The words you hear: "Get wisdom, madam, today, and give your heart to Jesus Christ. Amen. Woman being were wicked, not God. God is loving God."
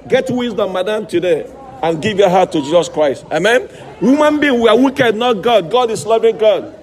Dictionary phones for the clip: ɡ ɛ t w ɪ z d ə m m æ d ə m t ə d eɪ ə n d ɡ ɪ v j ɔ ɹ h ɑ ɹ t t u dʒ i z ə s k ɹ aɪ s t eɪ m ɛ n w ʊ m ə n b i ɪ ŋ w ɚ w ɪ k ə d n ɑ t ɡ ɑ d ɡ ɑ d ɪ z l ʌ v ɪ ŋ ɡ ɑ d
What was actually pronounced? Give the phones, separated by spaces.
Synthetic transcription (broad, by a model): ɡ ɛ t w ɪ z d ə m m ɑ d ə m t ə d eɪ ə n ɡ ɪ v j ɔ h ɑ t t u dʒ i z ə s k ɹ aɪ s t eɪ m ɛ n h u m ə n b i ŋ w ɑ w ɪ k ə d n ɑ t ɡ ɑ d ɡ ɑ d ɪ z l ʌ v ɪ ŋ ɡ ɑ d